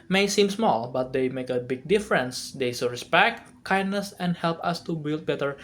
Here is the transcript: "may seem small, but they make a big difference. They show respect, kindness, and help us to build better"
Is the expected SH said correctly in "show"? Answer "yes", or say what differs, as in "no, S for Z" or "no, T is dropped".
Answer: no, S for SH